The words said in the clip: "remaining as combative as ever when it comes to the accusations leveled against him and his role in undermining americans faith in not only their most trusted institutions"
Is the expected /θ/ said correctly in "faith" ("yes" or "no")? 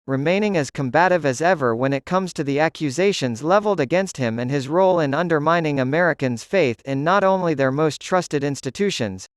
yes